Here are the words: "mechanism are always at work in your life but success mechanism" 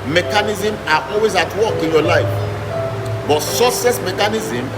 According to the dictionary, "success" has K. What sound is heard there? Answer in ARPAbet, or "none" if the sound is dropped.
none